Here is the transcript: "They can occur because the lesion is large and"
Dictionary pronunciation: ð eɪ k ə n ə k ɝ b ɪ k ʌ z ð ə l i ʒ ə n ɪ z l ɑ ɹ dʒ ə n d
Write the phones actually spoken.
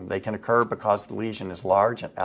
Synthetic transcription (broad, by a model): ð eɪ k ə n ə k ɝ b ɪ k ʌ z ð ə l i ʒ ə n ɪ z l ɑ ɹ dʒ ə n